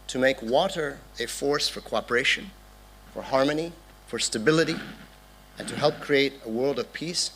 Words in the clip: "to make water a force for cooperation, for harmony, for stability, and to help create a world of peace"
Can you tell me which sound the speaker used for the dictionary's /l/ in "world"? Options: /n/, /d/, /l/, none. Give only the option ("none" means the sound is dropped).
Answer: /l/